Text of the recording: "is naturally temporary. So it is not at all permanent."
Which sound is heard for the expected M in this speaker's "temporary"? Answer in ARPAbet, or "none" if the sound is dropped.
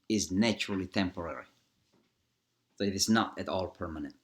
M